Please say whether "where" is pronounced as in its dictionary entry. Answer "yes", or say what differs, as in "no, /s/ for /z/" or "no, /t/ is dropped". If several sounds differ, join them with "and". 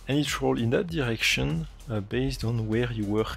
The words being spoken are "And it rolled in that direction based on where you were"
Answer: yes